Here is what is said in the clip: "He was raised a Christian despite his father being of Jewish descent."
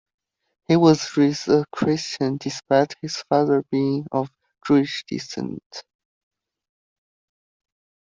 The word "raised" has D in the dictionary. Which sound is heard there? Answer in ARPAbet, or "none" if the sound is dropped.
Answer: none